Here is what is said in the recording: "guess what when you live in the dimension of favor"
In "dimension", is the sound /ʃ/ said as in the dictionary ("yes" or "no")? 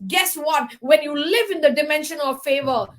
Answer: yes